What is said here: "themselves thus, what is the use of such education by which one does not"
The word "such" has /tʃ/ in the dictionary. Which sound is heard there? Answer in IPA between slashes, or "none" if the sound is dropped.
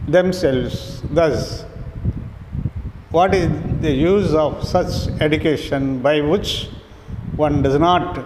/tʃ/